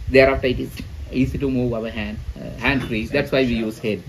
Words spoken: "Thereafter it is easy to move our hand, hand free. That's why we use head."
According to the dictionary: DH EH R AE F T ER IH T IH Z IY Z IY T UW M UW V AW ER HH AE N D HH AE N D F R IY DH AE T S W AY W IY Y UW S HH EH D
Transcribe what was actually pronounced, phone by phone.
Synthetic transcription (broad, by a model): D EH R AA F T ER IH T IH S IY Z IY T UW M UW V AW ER HH AE N D HH AE N D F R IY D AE T S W AY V IY Y UW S HH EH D